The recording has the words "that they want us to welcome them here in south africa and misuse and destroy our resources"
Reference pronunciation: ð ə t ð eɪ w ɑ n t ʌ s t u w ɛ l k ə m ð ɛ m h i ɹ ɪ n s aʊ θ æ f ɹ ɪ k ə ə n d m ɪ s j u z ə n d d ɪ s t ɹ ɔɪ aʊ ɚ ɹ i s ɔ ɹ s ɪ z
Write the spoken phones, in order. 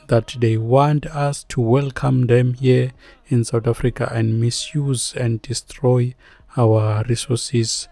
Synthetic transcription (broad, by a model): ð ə t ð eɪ w ɑ n t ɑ s t u w ɛ l k ə m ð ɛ m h i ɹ ɪ n s aʊ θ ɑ f ɹ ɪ k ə ə n d m ɪ s j u z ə n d d ɪ s t ɹ ɔɪ aʊ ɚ ɹ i s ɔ s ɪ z